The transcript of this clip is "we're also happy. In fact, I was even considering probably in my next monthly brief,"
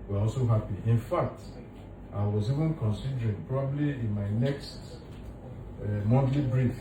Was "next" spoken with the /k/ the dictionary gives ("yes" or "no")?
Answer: yes